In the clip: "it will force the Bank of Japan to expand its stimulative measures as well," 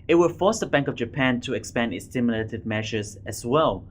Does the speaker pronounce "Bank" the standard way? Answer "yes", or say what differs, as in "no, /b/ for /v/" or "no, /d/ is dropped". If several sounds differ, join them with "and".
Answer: yes